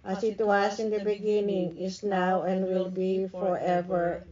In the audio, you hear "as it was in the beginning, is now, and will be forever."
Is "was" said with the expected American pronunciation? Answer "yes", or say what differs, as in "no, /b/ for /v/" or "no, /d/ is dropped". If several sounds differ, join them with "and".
no, /s/ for /z/